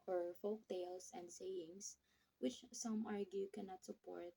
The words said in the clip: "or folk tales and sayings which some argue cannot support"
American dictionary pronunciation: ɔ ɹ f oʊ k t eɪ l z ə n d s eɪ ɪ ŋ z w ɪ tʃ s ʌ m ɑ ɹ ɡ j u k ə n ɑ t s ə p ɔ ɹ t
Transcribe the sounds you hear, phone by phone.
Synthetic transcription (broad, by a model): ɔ ɹ f oʊ k t eɪ l s ə n d s eɪ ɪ ŋ s w ɪ tʃ s ʌ m ɑ ɹ ɡ j u k ə n ɑ t s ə p ɔ ɹ t